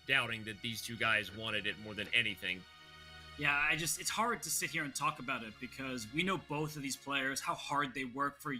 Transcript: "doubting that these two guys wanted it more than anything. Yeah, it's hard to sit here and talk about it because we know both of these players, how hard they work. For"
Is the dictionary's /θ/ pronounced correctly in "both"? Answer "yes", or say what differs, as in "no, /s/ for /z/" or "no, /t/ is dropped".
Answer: yes